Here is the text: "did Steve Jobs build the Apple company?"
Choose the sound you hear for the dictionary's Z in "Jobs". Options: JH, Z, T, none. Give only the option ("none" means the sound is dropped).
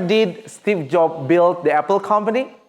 none